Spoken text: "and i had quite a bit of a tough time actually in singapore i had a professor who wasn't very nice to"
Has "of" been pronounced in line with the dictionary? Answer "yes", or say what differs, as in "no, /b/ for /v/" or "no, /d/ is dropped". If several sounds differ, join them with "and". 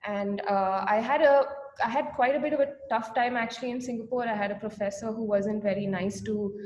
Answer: yes